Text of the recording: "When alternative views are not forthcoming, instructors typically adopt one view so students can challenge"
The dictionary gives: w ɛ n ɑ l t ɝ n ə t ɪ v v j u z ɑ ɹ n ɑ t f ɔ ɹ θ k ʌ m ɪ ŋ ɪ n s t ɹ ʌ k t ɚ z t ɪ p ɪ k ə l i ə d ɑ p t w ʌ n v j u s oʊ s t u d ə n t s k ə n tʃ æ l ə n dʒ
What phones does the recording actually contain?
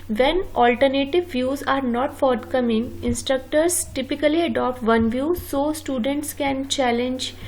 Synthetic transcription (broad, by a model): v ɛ n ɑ l t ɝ n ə t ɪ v v j u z ɑ ɹ n ɑ t f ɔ ɹ t k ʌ m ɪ ŋ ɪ n s t ɹ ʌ k t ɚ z t ɪ p ɪ k ə l i ə d ɑ p t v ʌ n v j u s oʊ s t u d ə n t s k ə n tʃ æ l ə n dʒ